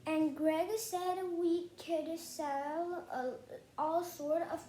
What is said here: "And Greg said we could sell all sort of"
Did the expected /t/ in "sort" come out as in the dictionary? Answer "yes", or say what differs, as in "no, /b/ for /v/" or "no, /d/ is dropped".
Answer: yes